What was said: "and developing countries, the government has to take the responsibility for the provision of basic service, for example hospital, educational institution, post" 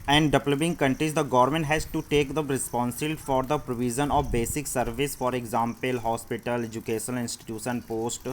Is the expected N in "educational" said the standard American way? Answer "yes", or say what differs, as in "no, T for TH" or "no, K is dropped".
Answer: no, N is dropped